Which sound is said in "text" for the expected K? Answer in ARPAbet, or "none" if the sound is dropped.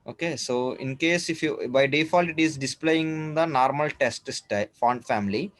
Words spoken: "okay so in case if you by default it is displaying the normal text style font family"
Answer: none